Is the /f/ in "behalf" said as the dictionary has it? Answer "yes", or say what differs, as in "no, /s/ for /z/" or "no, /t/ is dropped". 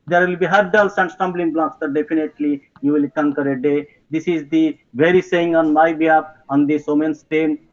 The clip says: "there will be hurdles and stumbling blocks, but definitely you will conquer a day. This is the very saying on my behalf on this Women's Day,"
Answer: no, /p/ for /f/